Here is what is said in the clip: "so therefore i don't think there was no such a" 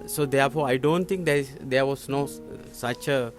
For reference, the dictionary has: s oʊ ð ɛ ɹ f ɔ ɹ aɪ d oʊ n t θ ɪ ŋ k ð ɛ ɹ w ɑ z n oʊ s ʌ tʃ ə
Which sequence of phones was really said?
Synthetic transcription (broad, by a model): s oʊ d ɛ ɹ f ɔ ɹ aɪ d oʊ n t t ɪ ŋ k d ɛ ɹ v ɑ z n oʊ s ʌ tʃ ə